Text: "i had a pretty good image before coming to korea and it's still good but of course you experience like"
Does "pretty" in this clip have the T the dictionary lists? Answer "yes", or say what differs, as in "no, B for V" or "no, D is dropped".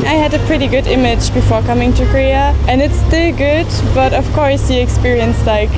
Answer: yes